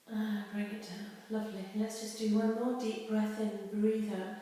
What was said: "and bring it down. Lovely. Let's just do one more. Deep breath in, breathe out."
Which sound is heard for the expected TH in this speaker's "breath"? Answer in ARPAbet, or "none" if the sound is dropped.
TH